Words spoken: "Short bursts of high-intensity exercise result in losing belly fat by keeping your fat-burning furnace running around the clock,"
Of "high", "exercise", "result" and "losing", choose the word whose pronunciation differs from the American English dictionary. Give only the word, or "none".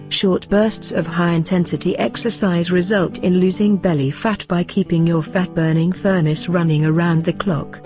none